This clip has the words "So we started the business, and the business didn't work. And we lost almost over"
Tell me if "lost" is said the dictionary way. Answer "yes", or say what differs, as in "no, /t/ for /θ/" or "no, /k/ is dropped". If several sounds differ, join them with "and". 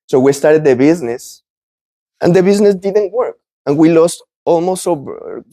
yes